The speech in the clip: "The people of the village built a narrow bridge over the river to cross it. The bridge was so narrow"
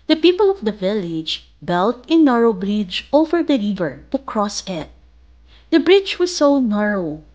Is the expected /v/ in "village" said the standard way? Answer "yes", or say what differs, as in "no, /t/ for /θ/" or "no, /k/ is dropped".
yes